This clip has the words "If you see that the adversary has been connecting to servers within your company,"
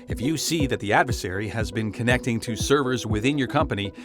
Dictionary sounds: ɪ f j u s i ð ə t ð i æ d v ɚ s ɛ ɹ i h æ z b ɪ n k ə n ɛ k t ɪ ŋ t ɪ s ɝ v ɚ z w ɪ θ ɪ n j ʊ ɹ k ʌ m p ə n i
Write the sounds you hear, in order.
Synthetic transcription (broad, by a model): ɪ f j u s i ð ə t ð i æ d v ɚ s ɛ ɹ i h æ z b ɪ n k ə n ɛ k t ɪ ŋ t ɪ s ɝ v ɚ z w ɪ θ ɪ n j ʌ ɹ k ʌ m p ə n i